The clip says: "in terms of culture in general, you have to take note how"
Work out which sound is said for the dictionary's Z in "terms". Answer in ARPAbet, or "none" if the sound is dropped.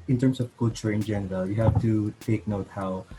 S